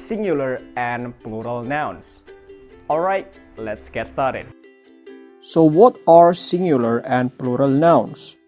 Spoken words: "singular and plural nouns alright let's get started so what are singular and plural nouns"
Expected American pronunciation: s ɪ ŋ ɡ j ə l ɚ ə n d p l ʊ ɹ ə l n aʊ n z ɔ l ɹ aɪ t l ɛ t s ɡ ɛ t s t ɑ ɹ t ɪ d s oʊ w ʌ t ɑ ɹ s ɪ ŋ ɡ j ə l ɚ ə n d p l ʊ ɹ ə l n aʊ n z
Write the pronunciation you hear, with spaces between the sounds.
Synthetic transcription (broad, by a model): s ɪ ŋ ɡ j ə l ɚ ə n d p l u ɹ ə l n aʊ n s ɔ l ɹ aɪ t l ɛ t s ɡ ɛ t s t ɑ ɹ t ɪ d s oʊ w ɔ t ɑ ɹ s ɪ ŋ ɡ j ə l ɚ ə n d p l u ɹ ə l n aʊ n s